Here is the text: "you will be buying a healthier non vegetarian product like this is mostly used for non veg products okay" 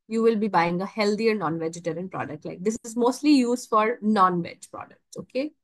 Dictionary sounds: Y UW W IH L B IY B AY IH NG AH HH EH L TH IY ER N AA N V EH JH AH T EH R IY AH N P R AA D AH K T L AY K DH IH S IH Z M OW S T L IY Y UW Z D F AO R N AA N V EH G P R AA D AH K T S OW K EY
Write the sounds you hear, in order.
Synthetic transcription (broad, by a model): Y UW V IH L B IY B AY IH NG AH HH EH L T IY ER N AA N V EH JH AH T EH R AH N P R AA D AH K T L AY K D IH S IH Z M OW S T L IY Y UW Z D F AO R N AA N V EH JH P R AA D AH K T S OW K EY